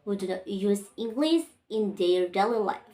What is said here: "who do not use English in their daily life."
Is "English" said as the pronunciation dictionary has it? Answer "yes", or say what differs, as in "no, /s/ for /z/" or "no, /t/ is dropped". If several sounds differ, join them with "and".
no, /s/ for /ʃ/